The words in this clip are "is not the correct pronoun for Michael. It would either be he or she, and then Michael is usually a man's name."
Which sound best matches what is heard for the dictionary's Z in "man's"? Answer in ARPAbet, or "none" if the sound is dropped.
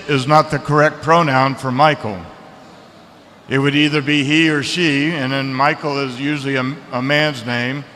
Z